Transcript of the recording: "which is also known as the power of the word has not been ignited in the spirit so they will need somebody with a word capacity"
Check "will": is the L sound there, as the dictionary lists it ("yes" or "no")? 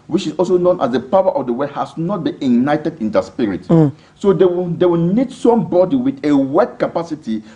no